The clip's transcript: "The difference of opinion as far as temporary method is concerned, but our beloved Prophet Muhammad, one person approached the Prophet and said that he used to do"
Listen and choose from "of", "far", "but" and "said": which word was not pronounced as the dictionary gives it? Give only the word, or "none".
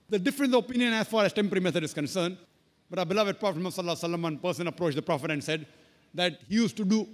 of